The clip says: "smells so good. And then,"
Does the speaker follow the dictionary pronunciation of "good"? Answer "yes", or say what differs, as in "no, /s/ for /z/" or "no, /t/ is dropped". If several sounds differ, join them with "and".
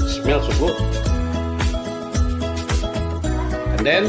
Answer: no, /d/ is dropped